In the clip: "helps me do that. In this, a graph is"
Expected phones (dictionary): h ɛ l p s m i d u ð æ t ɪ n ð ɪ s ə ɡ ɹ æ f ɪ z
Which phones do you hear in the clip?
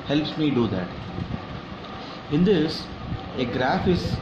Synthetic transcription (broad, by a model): h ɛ l p s m i d u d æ t ɪ n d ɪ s ə ɡ ɹ æ f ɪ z